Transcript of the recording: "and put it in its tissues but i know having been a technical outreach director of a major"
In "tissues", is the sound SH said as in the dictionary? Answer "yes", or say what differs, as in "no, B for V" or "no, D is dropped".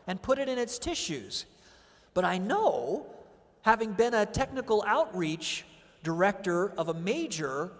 yes